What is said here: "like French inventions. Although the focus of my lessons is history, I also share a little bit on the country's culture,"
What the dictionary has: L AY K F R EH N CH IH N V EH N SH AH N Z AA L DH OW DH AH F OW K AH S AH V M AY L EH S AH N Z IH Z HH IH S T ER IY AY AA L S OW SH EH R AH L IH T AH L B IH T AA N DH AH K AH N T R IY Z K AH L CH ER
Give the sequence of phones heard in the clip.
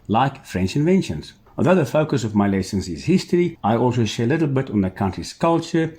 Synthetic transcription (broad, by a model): L AY K F R EH N CH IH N V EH N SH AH N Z AA L DH OW DH AH F OW K AH S AH V M AY L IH S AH N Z IH Z HH IH S T ER IY AY AA L S OW SH EH R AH L IH T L B IH T N DH AH K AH N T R IY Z K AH L CH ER